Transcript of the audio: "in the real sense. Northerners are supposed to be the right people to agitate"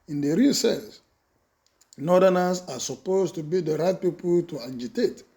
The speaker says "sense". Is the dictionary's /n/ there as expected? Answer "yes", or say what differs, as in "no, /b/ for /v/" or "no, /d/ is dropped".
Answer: no, /l/ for /n/